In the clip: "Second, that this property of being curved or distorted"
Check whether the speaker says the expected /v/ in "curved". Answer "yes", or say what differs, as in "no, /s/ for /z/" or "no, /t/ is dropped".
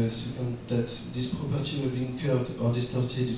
no, /v/ is dropped